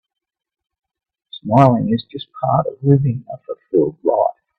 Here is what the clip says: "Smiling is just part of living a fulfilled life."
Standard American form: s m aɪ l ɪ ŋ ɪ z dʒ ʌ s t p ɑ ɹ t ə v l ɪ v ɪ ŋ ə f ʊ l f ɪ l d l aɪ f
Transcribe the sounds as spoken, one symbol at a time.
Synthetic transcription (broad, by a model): s m aɪ l ɪ ŋ ɪ z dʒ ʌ s p ɑ ɹ t ə v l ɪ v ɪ ŋ ə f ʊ f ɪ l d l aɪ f